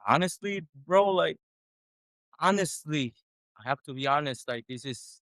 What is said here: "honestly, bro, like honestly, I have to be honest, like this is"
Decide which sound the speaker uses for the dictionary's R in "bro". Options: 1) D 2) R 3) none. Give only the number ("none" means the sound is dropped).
2